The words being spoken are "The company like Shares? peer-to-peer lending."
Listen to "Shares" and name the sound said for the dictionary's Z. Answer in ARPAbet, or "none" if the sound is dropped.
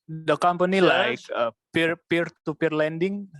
none